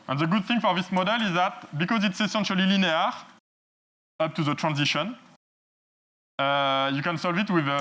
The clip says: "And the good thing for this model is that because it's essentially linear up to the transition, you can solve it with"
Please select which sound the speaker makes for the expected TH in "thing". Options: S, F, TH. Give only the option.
TH